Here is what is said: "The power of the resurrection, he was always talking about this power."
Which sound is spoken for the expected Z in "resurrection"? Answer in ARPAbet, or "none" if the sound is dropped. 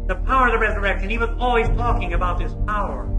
Z